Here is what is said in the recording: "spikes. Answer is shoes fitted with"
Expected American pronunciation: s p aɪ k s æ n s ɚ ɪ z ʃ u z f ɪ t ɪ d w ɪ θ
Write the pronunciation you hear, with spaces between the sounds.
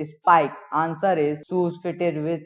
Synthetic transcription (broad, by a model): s p aɪ k s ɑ n s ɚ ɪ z s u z f ɪ t ɪ d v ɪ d